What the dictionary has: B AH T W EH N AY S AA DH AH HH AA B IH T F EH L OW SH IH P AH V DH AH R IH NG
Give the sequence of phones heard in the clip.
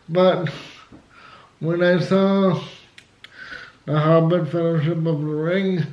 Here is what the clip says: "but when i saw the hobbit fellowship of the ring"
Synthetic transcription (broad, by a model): B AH T W EH N AY S AA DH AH HH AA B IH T F EH L OW SH IH P AH V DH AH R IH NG